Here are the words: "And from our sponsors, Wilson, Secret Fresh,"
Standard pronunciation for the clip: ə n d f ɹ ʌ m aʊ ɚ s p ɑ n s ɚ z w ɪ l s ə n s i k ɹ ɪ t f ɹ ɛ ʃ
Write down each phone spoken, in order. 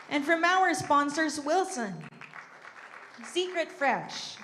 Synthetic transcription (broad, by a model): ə n f ɹ ʌ m aʊ ɚ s p ɑ n s ɚ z w ɪ l s ə n s i k ɹ ɪ t f ɹ ɛ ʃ